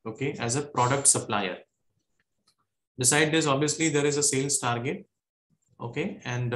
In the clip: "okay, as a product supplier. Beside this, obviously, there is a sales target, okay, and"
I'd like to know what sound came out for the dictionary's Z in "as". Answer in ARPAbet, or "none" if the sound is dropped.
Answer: Z